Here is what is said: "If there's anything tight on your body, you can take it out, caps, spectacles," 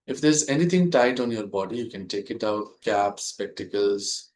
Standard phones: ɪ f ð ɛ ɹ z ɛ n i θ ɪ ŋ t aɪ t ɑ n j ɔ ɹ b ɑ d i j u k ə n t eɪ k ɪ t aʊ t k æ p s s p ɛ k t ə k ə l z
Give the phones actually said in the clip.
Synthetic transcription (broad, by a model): ɪ f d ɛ ɹ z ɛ n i t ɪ ŋ t aɪ t ɑ n j ɔ ɹ b ɑ d i j u k ə n t eɪ k ɪ t aʊ t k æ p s s p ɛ k t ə k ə l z